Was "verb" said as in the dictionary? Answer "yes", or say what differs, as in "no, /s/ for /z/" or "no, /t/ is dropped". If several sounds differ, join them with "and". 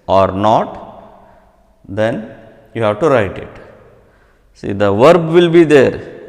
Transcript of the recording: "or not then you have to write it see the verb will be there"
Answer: yes